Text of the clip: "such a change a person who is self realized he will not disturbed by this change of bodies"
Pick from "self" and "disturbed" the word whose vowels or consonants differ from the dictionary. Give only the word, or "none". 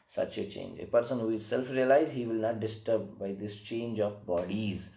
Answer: disturbed